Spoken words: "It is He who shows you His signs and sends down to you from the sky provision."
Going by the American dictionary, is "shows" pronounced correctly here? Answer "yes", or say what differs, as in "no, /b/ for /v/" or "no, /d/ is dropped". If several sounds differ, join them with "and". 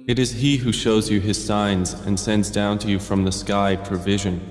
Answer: yes